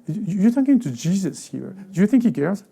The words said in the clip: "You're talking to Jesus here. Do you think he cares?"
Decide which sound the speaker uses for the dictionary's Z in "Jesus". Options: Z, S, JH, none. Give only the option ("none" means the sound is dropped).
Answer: Z